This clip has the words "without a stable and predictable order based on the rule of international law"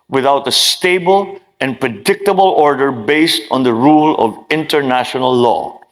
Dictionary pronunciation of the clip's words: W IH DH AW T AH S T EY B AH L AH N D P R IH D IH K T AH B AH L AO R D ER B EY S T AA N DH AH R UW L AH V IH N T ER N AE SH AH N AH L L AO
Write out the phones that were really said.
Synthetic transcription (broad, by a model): W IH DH AW T AH S T EY B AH L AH N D P R IH D IH K T AH B AH L AO R D ER B EY S T AA N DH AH R UW L AH V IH N T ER N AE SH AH N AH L L AO